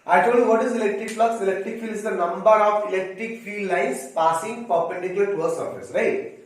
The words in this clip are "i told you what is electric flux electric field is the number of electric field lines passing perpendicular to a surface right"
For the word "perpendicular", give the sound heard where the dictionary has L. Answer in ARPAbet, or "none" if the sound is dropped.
none